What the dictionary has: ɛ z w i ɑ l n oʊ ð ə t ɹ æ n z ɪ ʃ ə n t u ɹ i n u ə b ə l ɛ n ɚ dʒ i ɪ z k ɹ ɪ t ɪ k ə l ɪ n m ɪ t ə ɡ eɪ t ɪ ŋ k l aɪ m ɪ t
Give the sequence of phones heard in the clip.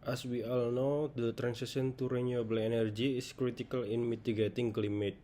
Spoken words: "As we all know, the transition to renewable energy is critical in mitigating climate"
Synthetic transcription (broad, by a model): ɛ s w i ɑ l n oʊ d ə t ɹ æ n s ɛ s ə n t u ɹ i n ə b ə l ɛ n ɚ dʒ i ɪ s k ɹ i t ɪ k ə l ɪ n m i t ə ɡ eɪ t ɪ ŋ k l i m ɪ t